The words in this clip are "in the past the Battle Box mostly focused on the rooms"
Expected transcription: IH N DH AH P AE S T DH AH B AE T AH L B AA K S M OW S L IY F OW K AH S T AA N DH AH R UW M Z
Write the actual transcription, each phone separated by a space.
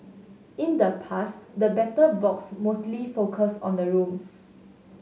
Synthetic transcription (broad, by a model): IH N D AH P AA S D AH B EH T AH B AA K S M OW S L IY F OW K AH S AA N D AH R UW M S